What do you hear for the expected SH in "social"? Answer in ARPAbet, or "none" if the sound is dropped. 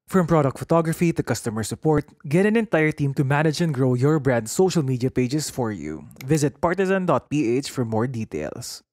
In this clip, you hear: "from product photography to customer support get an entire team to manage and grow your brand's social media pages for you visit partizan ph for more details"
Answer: SH